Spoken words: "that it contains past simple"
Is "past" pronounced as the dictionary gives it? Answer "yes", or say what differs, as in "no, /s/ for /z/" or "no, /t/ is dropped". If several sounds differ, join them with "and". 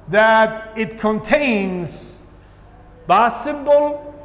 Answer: no, /b/ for /p/